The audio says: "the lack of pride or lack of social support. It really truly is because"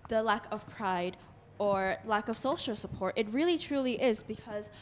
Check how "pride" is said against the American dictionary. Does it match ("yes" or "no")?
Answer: yes